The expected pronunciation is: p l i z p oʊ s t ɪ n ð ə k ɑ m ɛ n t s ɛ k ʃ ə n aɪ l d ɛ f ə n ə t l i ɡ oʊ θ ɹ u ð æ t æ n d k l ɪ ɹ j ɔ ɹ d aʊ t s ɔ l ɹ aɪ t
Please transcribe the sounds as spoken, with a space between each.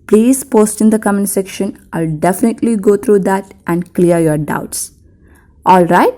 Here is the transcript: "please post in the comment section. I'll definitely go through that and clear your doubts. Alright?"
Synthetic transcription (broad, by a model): p l i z p oʊ s t ɪ n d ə k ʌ m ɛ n s ɛ k ʃ ə n aɪ l d ɛ f ə n ə t l i ɡ oʊ t ɹ u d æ t æ n d k l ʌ ɹ j ɔ ɹ d aʊ t s ɔ l ɹ aɪ t